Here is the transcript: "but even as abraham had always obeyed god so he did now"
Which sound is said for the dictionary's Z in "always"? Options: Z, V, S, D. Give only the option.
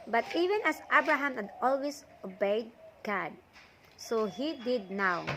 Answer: S